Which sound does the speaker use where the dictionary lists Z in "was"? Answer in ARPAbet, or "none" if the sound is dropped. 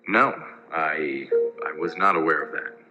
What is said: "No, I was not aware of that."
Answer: Z